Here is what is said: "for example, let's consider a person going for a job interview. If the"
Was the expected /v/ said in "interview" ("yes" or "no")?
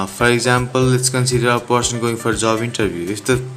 no